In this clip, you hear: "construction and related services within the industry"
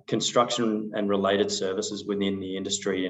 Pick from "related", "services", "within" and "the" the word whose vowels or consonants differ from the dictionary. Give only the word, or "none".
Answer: none